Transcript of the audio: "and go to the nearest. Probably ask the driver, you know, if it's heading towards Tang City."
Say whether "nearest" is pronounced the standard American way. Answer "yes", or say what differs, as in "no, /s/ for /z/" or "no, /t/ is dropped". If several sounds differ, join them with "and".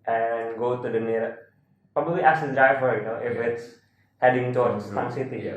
no, /s/ is dropped